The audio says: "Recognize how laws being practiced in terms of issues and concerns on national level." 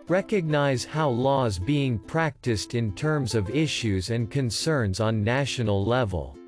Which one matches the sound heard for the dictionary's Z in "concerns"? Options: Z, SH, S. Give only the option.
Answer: Z